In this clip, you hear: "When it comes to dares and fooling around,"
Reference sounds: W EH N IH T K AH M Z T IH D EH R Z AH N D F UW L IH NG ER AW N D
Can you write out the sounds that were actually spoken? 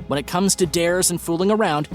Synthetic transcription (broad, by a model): W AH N IH T K AH M Z T IH D EH R Z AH N F UW L IH NG ER AW N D